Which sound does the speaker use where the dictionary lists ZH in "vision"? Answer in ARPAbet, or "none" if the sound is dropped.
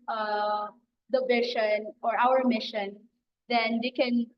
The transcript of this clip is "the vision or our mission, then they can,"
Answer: SH